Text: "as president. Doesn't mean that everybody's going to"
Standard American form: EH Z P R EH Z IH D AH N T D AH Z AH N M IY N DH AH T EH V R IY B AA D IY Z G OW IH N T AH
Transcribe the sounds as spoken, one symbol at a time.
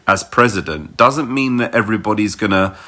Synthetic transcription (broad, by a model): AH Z P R EH Z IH D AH N D AH Z AH N M IY N DH AH T EH V R IY B AA D IY Z G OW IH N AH